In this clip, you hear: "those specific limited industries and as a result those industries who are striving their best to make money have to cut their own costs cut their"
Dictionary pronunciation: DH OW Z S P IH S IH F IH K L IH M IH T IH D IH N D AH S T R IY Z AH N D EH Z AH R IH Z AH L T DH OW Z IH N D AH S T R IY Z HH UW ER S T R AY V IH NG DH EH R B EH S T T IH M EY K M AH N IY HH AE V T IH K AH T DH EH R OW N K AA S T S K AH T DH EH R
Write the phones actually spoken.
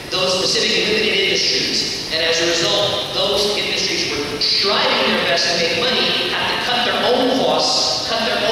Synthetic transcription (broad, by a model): DH OW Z S P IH S IH F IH K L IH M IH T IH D IH N D AH S T R IY Z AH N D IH Z AH R IH Z AH L T DH OW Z IH N D AH S T R IY Z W ER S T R AY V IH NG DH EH R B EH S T T IH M EY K M AH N IY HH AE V T IH K AH T DH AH R OW N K AA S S K AH T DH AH R